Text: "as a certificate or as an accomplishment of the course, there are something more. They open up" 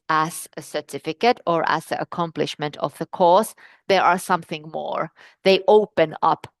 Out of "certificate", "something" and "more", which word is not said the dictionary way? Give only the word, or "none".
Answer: none